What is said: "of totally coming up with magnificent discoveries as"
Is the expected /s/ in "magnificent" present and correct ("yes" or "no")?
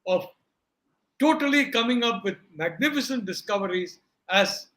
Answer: yes